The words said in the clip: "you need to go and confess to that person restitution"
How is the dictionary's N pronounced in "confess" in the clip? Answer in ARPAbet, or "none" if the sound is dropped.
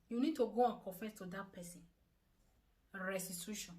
none